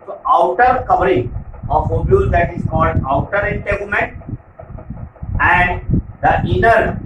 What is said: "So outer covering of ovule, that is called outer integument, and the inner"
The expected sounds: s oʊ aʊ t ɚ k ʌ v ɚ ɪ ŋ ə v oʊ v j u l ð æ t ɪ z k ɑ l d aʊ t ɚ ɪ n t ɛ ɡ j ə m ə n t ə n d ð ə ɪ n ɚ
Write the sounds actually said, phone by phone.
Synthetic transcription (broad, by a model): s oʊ aʊ t ɚ k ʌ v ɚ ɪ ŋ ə f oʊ b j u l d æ t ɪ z k ɑ l d aʊ t ɚ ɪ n t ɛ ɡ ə m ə n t ə n d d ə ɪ n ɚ